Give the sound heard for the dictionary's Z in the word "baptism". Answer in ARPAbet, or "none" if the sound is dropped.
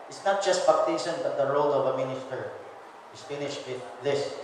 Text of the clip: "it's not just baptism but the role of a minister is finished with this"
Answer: S